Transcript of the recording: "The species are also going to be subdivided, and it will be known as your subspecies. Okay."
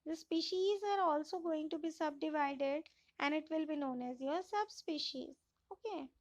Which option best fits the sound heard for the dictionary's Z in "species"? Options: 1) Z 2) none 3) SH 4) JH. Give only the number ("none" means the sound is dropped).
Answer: 1